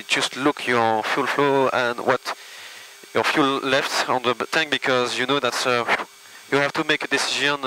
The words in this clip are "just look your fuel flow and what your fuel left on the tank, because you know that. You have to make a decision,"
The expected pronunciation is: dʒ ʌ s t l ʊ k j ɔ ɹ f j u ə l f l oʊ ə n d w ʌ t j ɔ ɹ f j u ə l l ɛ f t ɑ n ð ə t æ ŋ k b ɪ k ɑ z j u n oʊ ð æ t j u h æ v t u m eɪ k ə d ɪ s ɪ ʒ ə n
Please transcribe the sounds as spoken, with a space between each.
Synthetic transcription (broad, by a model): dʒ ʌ s t l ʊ k j ɔ ɹ f j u l f l oʊ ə n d w ʌ t j ɔ ɹ f j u l l ɛ f t ɑ n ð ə t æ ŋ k b ɪ k ɑ z j u n oʊ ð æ t j u h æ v t u m eɪ k ə d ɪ s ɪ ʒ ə n